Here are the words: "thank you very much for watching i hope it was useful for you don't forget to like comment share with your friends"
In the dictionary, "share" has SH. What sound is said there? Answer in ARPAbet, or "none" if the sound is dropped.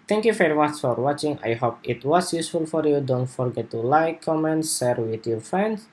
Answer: S